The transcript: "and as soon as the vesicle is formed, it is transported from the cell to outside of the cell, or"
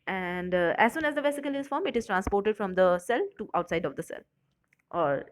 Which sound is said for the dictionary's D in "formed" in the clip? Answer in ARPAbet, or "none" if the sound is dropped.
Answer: none